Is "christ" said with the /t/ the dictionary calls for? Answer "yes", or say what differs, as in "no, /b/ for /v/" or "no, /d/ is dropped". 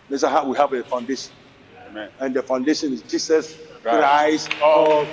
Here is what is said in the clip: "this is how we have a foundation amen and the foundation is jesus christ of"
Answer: no, /t/ is dropped